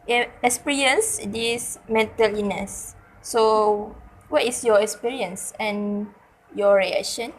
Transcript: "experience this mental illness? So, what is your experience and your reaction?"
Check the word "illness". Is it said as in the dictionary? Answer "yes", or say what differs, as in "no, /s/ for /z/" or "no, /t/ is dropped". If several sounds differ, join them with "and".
no, /l/ is dropped